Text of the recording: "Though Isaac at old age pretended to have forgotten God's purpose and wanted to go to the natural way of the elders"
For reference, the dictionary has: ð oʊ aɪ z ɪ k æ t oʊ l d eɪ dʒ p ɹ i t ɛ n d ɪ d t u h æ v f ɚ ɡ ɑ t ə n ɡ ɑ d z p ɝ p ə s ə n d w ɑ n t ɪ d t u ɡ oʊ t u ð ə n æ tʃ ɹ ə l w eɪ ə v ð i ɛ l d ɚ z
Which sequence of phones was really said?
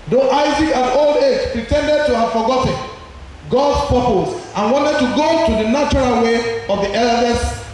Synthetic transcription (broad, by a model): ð oʊ aɪ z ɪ k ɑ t oʊ l d eɪ dʒ p ɹ i t ɛ n d ɪ d t u h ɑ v f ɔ ɡ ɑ t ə n ɡ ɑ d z p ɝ p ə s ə n w ɑ n t ɪ d t u ɡ oʊ t u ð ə n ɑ tʃ ɹ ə l w eɪ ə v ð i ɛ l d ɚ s